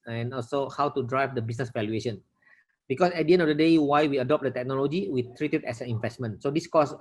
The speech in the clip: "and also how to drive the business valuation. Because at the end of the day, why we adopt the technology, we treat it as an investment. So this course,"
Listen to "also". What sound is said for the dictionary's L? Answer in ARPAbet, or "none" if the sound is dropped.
L